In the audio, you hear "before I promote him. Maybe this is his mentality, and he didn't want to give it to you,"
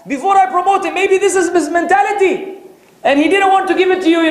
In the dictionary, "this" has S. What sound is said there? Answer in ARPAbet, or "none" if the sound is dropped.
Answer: S